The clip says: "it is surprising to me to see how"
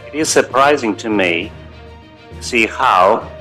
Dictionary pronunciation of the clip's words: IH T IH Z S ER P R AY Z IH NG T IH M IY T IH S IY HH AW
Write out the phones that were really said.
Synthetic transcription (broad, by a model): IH T IH Z S ER P R AY Z IH NG T IH M IY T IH S IY HH AW